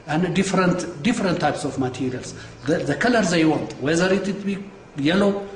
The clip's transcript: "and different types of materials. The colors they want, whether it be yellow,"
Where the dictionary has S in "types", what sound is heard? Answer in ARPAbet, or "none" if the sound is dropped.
S